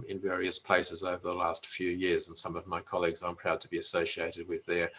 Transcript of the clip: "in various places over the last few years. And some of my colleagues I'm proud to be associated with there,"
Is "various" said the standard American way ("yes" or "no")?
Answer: yes